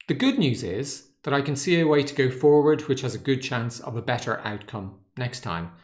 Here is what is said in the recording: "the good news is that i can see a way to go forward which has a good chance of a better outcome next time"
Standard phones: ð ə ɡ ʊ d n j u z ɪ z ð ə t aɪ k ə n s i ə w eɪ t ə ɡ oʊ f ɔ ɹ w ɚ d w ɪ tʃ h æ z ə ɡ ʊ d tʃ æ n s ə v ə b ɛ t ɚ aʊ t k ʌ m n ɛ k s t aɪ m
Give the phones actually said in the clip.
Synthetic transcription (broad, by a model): ð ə ɡ ʊ d n j u z ɪ z ð ə t aɪ k ə n s i ə w eɪ t ə ɡ oʊ f ɔ ɹ w ɚ d w ɪ tʃ h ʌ z ə ɡ ʊ d tʃ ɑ n s ə v ə b ɛ t ɚ aʊ t k ʌ m n ɛ k s t aɪ m